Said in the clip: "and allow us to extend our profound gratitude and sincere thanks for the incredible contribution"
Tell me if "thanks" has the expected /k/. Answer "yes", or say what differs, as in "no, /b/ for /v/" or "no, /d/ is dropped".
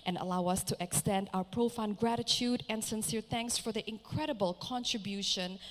yes